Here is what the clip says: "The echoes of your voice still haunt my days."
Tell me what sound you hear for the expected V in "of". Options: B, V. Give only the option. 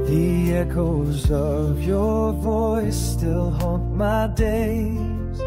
V